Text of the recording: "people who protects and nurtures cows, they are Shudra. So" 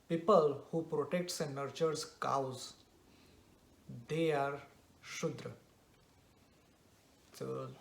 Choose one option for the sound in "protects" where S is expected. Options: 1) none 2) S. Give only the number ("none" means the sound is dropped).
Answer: 2